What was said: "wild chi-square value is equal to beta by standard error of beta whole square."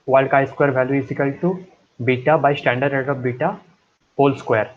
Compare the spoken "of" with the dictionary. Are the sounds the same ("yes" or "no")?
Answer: no